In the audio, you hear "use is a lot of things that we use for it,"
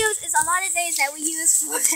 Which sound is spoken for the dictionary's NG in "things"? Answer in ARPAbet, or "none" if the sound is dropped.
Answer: none